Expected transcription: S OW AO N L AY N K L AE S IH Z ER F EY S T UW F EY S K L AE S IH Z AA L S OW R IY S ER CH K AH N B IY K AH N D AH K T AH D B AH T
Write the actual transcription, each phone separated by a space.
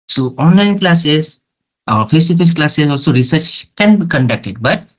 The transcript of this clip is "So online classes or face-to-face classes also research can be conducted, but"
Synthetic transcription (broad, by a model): S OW AO N L AY N K L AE S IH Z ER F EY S T UW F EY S K L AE S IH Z AA L S OW R IY S ER CH K AH N B IY K AH N D AH K T AH D B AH T